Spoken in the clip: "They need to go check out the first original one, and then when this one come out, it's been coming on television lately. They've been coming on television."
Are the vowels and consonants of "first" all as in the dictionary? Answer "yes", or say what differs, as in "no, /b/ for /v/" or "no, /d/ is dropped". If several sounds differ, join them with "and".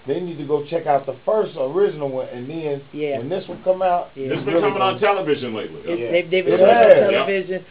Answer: yes